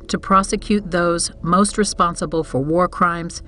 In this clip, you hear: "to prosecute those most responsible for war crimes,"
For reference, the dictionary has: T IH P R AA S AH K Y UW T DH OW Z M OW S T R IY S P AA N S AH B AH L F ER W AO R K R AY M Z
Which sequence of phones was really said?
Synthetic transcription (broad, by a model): T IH P R AA S AH K Y UW T DH OW Z M OW S T R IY S P AA N S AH B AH L F ER W AO R K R AY M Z